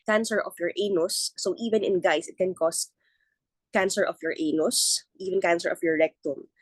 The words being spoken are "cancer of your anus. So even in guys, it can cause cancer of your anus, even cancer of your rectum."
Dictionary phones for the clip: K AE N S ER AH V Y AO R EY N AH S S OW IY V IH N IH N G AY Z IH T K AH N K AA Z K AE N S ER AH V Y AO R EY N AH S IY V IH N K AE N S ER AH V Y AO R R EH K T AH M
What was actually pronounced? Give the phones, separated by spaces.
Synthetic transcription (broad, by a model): K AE N S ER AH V Y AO R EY N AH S S OW IY V IH N IH N G AY S IH T K AH N K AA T K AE N S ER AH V Y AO R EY N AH S IY V IH N K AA N S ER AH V Y AO R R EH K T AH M